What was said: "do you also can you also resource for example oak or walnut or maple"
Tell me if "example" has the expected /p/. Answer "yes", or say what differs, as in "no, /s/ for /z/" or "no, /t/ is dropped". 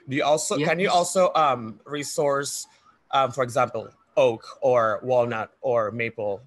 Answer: yes